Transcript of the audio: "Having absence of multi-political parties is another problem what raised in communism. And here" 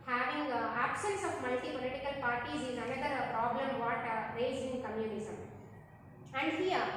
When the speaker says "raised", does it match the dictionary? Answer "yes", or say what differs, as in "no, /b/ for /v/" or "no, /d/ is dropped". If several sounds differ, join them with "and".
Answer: no, /d/ is dropped